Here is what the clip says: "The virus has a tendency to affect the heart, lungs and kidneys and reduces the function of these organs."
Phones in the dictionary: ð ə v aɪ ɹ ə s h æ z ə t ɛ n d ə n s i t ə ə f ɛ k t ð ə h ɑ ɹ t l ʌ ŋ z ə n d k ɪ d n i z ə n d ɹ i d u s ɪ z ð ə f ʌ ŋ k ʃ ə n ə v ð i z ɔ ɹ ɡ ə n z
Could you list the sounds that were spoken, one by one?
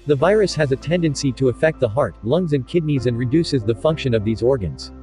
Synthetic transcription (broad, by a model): ð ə v aɪ ɹ ə s h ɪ z ə t ɛ n d ə n s i t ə ə f ɛ k t ð ə h ɑ ɹ t l ʌ ŋ z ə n k ɪ d n i z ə n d ɹ i d u s ɪ z ð ə f ʌ ŋ k ʃ ə n ə v ð i z ɔ ɹ ɡ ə n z